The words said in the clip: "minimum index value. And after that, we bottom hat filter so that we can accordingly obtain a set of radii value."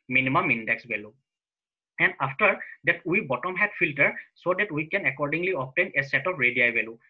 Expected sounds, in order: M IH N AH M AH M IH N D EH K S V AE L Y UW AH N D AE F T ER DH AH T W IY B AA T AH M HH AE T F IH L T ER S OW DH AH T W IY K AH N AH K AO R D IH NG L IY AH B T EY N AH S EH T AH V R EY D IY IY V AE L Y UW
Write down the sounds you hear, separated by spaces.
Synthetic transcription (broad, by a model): M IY N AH M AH M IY N D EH K S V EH L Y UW AH N D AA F T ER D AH T W IY B AA T AH M HH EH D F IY L T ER S OW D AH T W IY K AH N AH K AO R D IH NG L IY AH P T EY N AH S EH T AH P R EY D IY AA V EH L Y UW